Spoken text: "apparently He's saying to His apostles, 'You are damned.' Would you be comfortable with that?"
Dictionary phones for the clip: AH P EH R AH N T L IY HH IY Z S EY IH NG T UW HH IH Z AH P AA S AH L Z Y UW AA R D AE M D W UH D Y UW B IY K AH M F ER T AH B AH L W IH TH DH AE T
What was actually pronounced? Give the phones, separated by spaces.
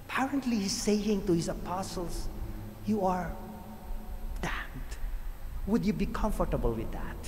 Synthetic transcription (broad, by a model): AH P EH R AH N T L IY IY S EY IH NG T UW HH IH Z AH P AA S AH L S Y UW AA R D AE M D W UH D Y UW B IY K AH M F ER T AH B AH L W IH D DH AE T